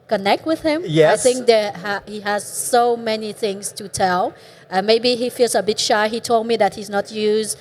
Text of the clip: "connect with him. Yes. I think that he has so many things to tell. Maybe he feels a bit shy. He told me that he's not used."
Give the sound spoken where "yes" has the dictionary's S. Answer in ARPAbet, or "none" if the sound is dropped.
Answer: none